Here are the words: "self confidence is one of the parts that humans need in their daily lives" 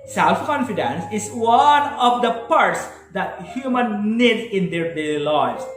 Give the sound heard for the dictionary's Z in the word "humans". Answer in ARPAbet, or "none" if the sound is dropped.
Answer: none